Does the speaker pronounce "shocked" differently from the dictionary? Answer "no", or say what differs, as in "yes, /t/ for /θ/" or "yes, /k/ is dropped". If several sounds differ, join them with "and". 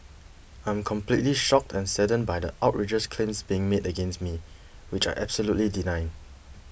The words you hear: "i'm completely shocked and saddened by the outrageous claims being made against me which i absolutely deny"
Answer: no